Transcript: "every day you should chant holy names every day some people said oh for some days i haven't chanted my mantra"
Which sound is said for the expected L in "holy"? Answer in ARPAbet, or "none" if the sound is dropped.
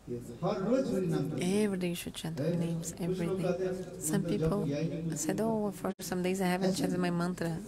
none